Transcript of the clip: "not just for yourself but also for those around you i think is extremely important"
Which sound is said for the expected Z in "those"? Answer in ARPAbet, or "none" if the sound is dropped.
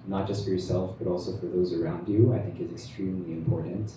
Z